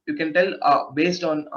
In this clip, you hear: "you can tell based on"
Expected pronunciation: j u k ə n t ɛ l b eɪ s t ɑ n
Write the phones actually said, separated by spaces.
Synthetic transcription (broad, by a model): j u k ə n t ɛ l b eɪ s t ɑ n